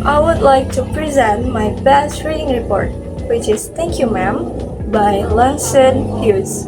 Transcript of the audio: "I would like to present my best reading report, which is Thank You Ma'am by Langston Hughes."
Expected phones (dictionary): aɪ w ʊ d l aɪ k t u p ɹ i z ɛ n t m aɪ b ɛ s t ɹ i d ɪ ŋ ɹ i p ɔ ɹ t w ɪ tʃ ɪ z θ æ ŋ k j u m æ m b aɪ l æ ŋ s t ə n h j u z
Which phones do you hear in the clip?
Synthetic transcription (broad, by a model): aɪ w ʊ d l aɪ k t u p ɹ i z ɛ n t m aɪ b ɛ s t ɹ i d ɪ ŋ ɹ i p ɔ ɹ t w ɪ tʃ ɪ z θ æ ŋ k j u m æ m b aɪ l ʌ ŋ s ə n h j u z